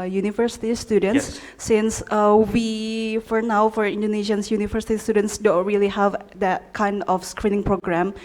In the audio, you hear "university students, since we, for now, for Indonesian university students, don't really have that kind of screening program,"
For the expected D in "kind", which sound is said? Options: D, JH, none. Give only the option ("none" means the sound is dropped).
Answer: D